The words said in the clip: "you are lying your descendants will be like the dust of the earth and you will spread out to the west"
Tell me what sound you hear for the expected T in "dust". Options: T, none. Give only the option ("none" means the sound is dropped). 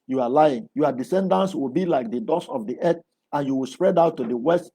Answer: none